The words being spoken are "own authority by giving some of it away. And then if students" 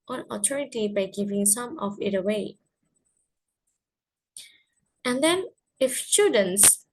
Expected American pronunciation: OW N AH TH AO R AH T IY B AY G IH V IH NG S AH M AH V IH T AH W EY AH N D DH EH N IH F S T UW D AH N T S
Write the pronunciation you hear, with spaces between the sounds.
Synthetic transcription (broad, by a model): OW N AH T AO R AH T IY B AY G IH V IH NG S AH M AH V IH T AH W EY AH N D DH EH N IH F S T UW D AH N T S